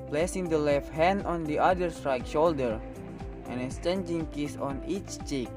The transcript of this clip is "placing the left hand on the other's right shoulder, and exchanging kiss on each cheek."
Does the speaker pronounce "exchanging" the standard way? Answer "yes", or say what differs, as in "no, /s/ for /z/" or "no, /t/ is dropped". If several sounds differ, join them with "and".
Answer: no, /k/ is dropped